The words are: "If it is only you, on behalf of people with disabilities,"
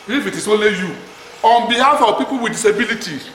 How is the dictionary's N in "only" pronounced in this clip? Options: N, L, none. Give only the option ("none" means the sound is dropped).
none